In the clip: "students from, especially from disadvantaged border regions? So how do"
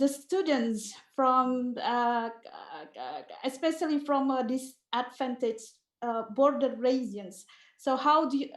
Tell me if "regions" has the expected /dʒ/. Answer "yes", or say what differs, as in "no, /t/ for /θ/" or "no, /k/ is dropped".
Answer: no, /dʒ/ is dropped